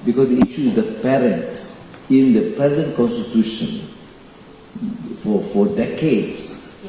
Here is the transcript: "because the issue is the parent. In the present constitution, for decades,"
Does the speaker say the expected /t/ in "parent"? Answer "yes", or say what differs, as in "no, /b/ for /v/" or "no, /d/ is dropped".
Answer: yes